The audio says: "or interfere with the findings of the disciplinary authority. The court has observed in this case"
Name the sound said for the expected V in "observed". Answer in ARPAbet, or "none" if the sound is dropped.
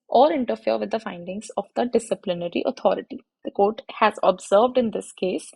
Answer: V